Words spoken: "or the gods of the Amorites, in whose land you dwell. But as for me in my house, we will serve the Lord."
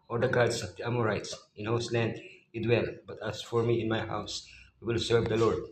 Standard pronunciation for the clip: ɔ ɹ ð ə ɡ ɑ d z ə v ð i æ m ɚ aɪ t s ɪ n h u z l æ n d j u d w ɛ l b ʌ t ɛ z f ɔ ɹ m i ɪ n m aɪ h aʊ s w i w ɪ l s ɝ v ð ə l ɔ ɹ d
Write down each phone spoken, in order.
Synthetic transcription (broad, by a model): ɔ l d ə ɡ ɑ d s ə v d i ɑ m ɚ aɪ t s ɪ n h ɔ s l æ n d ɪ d w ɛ l b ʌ t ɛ s f ɔ ɹ m i ɪ n m aɪ h aʊ s w i w ɪ l s ɝ v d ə l ɔ ɹ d